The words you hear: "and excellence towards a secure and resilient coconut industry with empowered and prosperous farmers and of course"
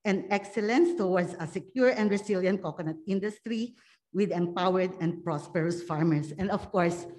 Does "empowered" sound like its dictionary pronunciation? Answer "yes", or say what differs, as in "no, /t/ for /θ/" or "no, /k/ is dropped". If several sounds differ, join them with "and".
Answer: yes